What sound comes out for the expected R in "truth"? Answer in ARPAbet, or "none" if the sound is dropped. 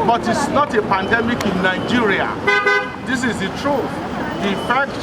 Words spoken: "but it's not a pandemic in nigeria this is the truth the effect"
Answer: R